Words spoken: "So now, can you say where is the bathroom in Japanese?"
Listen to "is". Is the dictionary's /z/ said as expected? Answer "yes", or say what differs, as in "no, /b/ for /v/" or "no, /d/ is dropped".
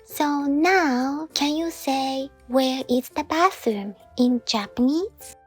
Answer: no, /s/ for /z/